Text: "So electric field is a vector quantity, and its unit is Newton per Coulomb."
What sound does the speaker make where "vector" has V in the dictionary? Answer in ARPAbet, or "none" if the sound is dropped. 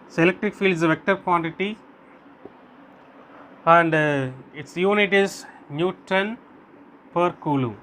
V